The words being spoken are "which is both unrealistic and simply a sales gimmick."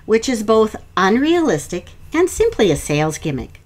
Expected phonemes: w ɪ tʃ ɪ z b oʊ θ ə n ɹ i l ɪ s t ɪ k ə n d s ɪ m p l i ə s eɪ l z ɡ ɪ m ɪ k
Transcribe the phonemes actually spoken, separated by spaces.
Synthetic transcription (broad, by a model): w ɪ tʃ ɪ z b oʊ θ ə n ɹ i l ɪ s t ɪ k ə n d s ɪ m p l i ə s eɪ l z ɡ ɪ m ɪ k